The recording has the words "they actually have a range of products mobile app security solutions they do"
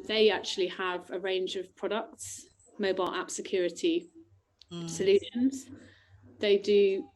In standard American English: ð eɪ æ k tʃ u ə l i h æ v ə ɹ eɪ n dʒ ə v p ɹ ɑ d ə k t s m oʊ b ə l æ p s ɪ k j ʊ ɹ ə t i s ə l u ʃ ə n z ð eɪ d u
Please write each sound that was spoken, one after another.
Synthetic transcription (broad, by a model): ð eɪ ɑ k tʃ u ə l i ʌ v ə ɹ eɪ n dʒ ə v p ɹ ɑ d ə k t s m oʊ b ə l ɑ p s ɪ k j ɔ ɹ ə t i s ə l u ʃ ə n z ð eɪ d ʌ